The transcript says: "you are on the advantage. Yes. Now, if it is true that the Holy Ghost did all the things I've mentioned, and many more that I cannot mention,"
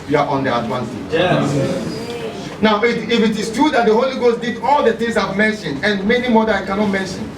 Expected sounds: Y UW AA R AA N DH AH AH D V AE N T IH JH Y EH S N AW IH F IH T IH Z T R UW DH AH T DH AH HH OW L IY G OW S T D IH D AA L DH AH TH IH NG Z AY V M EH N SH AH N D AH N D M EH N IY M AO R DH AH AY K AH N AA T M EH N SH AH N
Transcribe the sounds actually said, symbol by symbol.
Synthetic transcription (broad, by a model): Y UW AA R AA N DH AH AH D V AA N S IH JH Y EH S N AW IH F IH T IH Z T R UW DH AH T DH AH HH OW L IY G OW S T D IH D AA L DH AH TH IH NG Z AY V M EH N SH AH N D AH N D M EH N IY M AO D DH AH AY K AH N AA T M EH N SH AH N